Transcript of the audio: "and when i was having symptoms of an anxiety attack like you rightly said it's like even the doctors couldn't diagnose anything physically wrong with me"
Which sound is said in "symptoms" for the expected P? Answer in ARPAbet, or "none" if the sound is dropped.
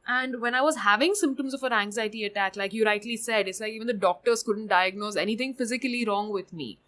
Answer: P